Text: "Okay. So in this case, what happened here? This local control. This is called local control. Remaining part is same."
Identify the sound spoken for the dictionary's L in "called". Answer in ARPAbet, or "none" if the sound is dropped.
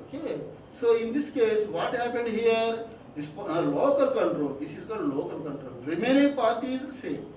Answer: none